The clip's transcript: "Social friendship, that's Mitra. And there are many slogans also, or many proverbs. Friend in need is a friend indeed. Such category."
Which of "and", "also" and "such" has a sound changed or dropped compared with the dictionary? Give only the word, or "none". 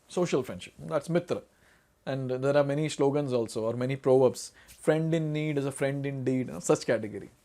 such